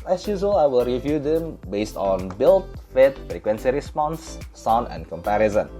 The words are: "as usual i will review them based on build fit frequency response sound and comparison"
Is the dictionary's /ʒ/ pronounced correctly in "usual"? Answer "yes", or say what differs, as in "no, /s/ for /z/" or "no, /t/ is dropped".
no, /z/ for /ʒ/